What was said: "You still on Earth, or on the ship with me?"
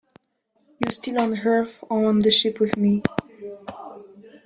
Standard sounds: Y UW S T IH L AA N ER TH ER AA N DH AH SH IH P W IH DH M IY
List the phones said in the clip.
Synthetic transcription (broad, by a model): Y UW S T IH L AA N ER F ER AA N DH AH SH IH P W IH DH M IY